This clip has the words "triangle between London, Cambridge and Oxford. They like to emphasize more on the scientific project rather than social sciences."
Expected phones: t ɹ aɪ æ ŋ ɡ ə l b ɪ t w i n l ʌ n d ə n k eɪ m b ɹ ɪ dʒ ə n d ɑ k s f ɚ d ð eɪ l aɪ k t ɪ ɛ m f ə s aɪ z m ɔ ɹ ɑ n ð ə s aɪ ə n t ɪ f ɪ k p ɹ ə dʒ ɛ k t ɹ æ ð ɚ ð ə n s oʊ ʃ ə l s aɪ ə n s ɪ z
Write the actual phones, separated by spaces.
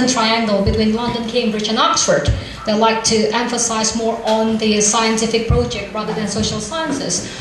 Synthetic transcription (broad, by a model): t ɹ aɪ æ ŋ ɡ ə l b ɪ t w i n l ʌ n d ə n k eɪ m b ɹ ɪ dʒ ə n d ɑ k s f ɚ d ð eɪ l aɪ k t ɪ ɛ m f ə s aɪ z m ɔ ɹ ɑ n ð ə s aɪ ə n t ɪ f ɪ k p ɹ ə dʒ ɛ k t ɹ æ ð ɚ ð ə n s oʊ ʃ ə l s aɪ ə n s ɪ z